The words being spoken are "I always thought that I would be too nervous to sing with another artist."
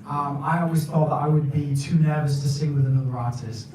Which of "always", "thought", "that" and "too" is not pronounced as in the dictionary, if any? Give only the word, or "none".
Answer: none